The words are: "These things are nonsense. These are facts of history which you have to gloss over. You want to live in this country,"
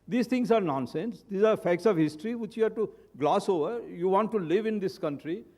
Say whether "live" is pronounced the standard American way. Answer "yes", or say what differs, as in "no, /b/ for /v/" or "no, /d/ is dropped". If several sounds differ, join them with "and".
yes